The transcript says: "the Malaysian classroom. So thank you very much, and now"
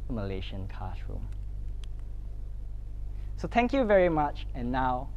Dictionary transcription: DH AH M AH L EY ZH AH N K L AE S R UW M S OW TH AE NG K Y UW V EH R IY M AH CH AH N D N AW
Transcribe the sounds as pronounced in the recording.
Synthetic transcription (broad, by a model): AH M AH L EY SH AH N K AA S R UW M S OW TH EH NG K Y UW V EH R IY M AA CH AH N N AW